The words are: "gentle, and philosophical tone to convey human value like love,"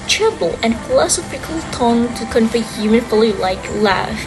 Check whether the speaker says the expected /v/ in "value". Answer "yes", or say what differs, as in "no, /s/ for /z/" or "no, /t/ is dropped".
no, /f/ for /v/